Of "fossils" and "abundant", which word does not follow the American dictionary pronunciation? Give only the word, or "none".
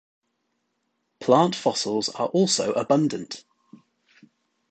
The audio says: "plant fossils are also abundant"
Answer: none